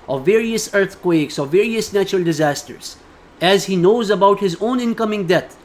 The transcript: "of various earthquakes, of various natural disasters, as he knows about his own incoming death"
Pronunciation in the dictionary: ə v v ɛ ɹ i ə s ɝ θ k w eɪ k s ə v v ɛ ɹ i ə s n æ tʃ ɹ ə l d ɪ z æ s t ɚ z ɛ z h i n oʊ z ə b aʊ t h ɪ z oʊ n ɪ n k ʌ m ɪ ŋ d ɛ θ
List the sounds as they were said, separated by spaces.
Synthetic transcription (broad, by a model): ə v v ɛ ɹ i ə s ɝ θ k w eɪ k s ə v v ɛ ɹ i ə s n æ tʃ ɹ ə l d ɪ z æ s t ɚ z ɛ z h i n oʊ z ə b aʊ t h ɪ z oʊ n ɪ n k ʌ m ɪ ŋ d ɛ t